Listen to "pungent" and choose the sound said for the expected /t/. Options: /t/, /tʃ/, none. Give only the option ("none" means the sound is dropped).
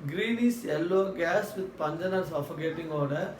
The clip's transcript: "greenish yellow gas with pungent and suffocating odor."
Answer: none